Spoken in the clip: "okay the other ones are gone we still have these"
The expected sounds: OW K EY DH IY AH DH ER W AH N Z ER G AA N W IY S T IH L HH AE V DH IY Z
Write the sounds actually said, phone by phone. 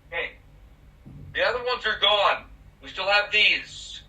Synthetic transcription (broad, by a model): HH EY DH IY AH DH ER W AH N Z ER G AA N W IY S T IH L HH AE V DH IY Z